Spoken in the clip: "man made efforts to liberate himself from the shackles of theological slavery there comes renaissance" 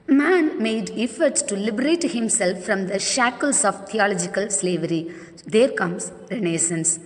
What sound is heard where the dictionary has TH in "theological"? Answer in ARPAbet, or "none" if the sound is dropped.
T